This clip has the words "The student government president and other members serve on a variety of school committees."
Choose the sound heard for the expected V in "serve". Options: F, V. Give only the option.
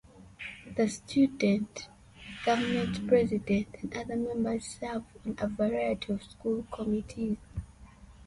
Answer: F